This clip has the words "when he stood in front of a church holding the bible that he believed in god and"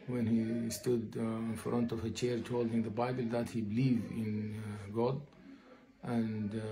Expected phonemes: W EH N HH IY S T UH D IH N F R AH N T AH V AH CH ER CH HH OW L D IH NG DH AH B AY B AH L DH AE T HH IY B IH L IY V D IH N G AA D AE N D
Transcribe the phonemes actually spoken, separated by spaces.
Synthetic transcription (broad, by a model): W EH N HH IY S T UH D IH N F R AH N T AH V AH CH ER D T OW L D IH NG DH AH B AY B AH L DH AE T HH IY B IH L IY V IH N G AA D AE N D